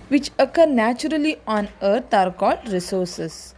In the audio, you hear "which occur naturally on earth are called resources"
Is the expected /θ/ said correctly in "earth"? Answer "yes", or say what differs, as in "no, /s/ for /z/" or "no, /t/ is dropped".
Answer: no, /t/ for /θ/